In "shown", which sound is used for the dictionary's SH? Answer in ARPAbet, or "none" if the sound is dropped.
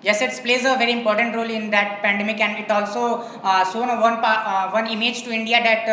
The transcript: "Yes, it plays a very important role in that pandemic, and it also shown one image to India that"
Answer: S